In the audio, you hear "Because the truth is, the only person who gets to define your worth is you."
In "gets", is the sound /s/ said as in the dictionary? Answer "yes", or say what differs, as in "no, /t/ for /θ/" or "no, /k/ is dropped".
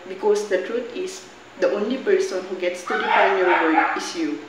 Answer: yes